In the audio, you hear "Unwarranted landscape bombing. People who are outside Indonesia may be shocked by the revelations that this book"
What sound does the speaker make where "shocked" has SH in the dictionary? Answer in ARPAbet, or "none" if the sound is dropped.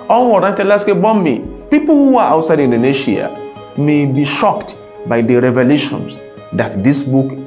SH